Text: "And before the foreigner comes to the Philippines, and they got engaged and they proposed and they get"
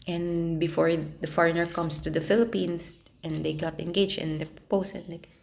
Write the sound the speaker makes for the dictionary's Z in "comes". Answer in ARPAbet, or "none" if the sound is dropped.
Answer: S